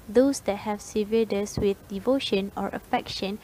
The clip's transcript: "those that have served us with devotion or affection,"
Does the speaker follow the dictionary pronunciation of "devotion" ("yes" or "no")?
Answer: yes